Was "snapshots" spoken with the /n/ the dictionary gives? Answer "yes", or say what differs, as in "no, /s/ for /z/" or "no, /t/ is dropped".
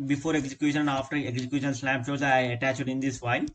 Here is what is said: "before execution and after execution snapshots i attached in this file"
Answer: no, /l/ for /n/